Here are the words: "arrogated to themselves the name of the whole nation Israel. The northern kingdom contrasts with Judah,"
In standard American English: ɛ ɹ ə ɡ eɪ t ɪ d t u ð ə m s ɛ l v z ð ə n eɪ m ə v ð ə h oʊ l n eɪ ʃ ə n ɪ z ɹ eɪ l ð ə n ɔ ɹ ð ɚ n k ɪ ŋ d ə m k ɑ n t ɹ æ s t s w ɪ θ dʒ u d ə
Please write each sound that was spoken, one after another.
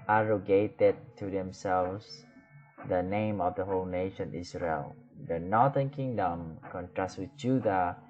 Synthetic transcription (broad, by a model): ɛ ɹ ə ɡ eɪ t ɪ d t u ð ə m s ɛ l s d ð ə n eɪ m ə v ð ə h oʊ l n eɪ ʃ ə n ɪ s ɹ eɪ l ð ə n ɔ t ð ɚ n k ɪ ŋ d ə m k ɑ n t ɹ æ s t w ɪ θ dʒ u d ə